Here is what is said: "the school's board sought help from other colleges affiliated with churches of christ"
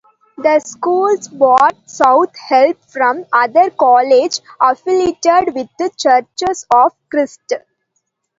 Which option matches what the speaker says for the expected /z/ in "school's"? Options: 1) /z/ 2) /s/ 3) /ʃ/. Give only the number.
2